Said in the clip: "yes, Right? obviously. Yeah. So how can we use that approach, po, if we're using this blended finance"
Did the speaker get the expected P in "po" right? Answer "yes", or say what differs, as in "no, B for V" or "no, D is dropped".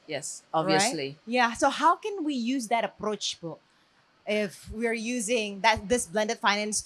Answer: no, B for P